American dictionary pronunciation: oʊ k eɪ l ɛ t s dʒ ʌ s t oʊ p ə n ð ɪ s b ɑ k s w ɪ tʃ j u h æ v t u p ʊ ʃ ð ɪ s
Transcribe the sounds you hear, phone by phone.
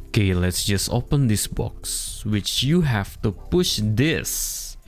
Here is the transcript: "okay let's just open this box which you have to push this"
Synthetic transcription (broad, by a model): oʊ k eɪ l ɛ t s dʒ ʌ s t oʊ p ə n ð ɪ s b ɑ k s w ɪ tʃ j u h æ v t u p ʊ ʃ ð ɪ s